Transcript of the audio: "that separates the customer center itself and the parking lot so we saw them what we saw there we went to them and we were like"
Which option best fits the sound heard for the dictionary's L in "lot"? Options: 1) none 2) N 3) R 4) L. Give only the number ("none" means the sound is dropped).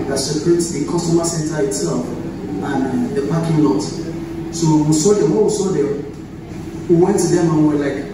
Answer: 2